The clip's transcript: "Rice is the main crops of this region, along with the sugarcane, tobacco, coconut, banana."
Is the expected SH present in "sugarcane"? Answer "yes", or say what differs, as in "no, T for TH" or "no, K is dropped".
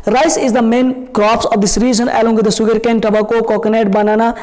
no, S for SH